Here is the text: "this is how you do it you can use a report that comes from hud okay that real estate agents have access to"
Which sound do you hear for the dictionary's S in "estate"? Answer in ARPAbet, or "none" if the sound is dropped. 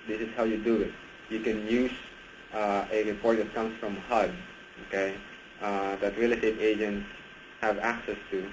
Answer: none